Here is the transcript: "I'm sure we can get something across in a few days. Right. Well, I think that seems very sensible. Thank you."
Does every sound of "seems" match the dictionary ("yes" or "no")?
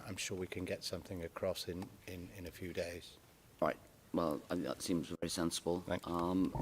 yes